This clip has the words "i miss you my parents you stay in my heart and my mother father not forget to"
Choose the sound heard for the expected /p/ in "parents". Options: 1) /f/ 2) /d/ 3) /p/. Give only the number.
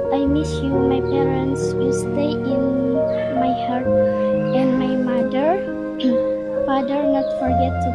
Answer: 3